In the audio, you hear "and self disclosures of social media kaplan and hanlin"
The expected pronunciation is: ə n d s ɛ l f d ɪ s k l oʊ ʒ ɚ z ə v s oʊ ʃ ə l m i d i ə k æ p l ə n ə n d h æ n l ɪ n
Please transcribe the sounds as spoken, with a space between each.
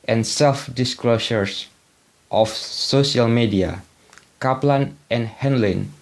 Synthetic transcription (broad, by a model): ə n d s ɛ l f d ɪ s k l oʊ ʃ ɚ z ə f s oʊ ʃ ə l m i d i ə k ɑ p l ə n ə n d h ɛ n l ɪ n